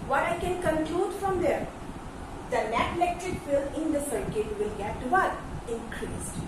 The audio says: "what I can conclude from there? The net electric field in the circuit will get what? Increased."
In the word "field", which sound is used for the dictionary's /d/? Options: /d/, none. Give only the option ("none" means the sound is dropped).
none